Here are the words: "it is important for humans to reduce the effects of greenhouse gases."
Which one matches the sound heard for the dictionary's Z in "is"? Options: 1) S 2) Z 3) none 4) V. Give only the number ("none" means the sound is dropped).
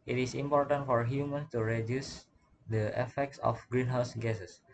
1